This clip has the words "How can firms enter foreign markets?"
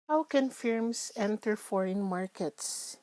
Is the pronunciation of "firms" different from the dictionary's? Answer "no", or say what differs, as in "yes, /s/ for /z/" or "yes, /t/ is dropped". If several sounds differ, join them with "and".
yes, /s/ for /z/